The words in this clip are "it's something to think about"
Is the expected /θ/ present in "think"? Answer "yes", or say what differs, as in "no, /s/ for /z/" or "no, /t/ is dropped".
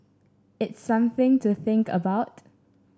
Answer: yes